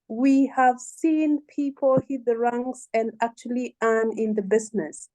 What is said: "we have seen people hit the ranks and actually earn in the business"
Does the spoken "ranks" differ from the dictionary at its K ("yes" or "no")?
yes